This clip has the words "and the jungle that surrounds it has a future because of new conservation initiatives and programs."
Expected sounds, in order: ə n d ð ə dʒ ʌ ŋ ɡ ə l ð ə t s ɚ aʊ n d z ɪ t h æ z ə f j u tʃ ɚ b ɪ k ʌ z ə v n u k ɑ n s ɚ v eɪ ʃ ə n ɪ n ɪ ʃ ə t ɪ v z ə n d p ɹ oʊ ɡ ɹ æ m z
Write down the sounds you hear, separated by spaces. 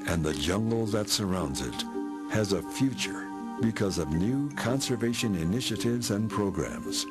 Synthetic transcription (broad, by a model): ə n ð ə dʒ ʌ ŋ ɡ l ð ə t s ɚ aʊ n d z ɪ t h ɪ z ə f j u tʃ ɚ b ɪ k ʌ z ə v n u k ɑ n s ɚ v eɪ ʃ ə n ɪ n ɪ ʃ ə t ɪ v z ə n p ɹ oʊ ɡ ɹ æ m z